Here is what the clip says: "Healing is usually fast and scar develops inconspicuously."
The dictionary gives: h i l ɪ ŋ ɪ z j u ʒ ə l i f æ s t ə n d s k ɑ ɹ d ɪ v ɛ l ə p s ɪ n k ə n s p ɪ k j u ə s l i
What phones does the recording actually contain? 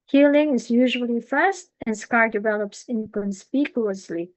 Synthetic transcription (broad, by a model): h i l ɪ ŋ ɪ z j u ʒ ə l i f æ s t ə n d s k ɑ ɹ d ɪ v ɛ l ə p s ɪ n k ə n s p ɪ k j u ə s l i